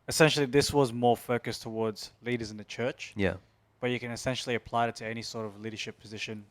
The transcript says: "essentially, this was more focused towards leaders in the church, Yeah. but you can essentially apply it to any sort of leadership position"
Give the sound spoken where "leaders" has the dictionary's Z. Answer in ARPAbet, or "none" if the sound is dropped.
Z